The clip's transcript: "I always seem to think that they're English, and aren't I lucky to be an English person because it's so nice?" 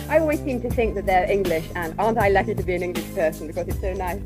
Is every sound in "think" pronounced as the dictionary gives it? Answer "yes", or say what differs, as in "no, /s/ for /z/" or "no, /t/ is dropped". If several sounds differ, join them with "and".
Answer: yes